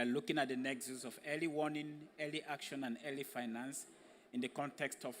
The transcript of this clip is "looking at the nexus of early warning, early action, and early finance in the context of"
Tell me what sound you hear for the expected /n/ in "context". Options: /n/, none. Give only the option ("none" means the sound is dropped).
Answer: /n/